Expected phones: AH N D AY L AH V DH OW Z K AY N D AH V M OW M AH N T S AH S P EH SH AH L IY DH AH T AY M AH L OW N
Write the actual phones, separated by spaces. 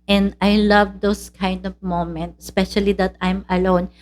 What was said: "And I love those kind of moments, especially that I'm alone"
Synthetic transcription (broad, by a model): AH N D AY L AH V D OW S K AY N D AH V M OW M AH N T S S P EH SH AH L IY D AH T AY M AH L OW N